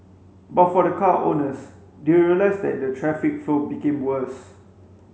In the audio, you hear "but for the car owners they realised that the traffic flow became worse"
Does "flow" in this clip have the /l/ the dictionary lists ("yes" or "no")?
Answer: no